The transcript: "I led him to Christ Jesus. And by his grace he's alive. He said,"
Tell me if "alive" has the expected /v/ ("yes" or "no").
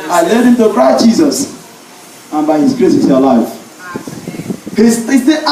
no